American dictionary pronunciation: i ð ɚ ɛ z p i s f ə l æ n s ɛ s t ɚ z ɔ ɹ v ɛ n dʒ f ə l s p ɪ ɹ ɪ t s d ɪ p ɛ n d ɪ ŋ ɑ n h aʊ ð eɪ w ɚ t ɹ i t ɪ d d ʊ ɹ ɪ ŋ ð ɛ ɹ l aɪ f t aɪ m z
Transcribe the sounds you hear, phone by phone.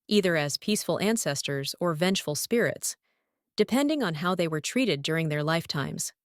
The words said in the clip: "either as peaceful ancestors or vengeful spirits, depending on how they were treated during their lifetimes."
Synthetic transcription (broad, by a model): i ð ɚ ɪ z p i s f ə l æ n s ɛ s t ɚ z ɔ ɹ v ɛ n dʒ f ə l s p ɪ ɹ ɪ t s d ɪ p ɛ n d ɪ ŋ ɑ n h aʊ ð eɪ w ɚ t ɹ i t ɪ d d ʊ ɹ ɪ ŋ ð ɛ ɹ l aɪ f t aɪ m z